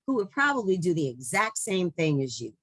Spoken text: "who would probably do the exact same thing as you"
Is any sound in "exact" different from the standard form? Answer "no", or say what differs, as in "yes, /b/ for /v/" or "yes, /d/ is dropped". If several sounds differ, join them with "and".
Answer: no